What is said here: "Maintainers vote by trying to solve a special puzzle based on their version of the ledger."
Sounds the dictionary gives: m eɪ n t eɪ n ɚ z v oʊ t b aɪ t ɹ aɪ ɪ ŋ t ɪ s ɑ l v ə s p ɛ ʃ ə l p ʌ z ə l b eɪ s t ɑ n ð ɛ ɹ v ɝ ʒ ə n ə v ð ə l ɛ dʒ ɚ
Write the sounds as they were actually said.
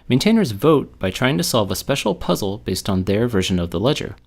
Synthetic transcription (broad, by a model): m eɪ n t eɪ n ɚ z v oʊ t b aɪ t ɹ aɪ ɪ ŋ t ɪ s ɑ l v ə s p ɛ ʃ l p ʌ z l b eɪ s t n ð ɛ ɹ v ɝ ʒ ə n ə v ð ə l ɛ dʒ ɚ